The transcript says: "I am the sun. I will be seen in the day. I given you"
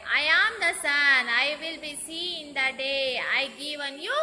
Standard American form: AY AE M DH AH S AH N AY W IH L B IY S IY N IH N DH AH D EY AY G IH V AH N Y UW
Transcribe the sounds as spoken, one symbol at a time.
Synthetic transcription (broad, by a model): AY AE M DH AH S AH N AY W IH L B IY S IY IH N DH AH D EY AY G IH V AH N Y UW